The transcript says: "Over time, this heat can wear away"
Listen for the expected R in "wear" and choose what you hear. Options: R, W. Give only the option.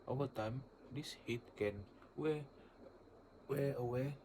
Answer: W